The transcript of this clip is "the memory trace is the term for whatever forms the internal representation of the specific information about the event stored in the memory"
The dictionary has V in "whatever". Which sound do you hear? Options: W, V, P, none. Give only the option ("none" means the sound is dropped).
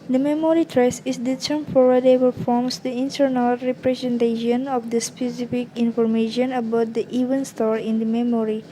P